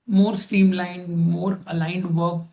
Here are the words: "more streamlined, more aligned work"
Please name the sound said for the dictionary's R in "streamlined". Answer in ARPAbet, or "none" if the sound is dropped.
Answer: none